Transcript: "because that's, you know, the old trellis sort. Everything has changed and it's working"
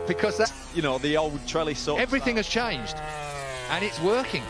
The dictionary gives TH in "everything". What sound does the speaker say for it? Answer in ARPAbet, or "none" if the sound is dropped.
TH